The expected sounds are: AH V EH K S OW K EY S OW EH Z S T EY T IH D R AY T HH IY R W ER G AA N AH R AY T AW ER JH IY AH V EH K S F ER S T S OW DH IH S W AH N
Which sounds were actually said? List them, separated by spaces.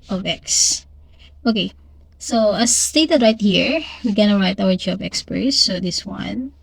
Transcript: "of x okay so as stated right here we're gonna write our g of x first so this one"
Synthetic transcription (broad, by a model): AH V EH K S OW K EY S OW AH S T EY T IH D R AY T HH IY R W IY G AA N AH R AY T AW ER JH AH B EH K S P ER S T S OW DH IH S W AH N